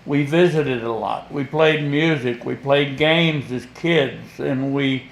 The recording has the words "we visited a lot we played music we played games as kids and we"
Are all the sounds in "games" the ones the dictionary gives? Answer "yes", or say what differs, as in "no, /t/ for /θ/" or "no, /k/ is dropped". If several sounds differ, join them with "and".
yes